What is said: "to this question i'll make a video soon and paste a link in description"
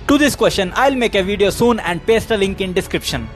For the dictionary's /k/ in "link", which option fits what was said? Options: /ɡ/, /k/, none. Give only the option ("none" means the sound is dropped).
/k/